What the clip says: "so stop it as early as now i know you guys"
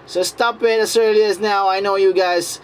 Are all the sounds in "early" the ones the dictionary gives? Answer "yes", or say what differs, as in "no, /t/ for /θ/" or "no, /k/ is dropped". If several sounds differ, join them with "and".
yes